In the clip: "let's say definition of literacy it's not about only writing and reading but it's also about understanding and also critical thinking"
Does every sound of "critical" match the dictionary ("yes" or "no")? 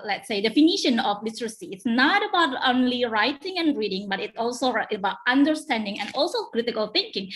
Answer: yes